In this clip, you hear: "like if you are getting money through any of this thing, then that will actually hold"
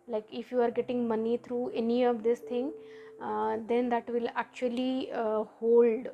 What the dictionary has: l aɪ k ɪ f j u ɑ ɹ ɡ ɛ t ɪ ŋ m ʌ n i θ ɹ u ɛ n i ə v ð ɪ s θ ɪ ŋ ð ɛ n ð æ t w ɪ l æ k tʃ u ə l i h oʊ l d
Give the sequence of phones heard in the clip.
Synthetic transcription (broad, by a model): l aɪ k ɪ f j u ɑ ɹ ɡ ɛ t ɪ ŋ m ʌ n i t ɹ u ɛ n i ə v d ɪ s t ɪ ŋ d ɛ n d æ t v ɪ l æ k tʃ u ə l i h oʊ l d